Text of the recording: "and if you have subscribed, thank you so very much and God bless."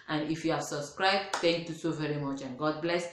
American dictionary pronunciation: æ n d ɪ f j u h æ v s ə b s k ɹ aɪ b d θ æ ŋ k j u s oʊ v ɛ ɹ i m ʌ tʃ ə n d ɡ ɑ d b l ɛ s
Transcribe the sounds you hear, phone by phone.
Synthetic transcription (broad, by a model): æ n d ɪ f j u h æ v s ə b s k ɹ aɪ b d t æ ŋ k j u s oʊ v ɛ ɹ i m ʌ tʃ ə n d ɡ ɑ d b l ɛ s